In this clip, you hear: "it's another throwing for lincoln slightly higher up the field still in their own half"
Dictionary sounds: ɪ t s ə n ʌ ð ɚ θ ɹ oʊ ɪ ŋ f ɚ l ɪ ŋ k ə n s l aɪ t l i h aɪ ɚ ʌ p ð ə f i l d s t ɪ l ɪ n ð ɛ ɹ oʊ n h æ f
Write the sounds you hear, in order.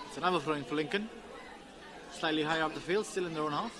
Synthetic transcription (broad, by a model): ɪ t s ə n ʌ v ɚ f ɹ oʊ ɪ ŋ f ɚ l ɪ ŋ k ə n s l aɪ l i h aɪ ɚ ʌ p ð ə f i l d s t ɪ l ɪ n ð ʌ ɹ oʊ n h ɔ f